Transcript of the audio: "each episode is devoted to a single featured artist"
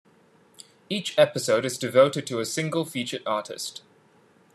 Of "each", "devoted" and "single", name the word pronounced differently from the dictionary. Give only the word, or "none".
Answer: none